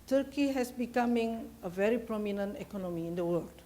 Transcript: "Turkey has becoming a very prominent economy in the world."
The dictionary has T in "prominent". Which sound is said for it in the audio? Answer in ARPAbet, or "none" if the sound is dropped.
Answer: T